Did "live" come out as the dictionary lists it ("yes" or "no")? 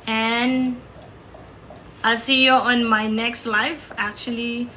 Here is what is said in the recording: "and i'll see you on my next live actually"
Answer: no